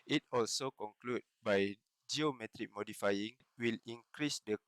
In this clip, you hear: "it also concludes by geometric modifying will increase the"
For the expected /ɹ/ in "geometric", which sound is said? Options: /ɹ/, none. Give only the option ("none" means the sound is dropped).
/ɹ/